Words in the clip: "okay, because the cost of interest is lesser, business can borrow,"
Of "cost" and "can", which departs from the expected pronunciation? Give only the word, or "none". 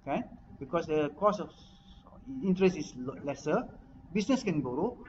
cost